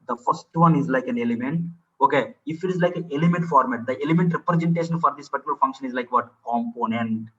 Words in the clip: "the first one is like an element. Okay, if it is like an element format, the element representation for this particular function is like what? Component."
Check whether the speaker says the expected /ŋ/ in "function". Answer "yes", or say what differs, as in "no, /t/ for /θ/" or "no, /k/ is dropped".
yes